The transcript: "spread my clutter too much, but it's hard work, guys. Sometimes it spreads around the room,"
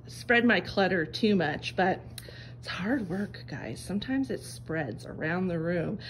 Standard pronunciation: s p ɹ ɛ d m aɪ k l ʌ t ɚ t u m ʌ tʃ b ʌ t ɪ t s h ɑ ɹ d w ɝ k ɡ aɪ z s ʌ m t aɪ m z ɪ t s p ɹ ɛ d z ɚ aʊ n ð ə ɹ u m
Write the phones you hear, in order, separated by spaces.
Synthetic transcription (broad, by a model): s p ɹ ɛ d m aɪ k l ʌ t ɚ t u m ʌ tʃ b ʌ t ɪ t s h ɑ ɹ d w ɝ k ɡ aɪ z s ʌ m t aɪ m z ɪ t s p ɹ ɛ d z ɚ aʊ n ð ə ɹ u m